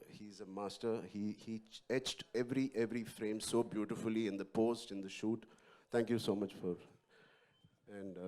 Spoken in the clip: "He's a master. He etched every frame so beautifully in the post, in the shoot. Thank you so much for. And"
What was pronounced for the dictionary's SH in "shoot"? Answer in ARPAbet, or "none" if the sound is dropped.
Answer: SH